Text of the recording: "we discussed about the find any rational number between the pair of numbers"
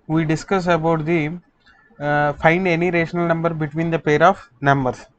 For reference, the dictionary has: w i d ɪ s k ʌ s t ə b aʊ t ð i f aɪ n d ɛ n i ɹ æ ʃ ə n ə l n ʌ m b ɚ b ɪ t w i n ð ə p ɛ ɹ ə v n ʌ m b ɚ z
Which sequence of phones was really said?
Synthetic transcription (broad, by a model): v i d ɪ s k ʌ s ə b aʊ t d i f aɪ n d ɛ n i ɹ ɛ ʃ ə n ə l n ʌ m b ɚ b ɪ t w i n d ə p ɛ ɹ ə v n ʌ m b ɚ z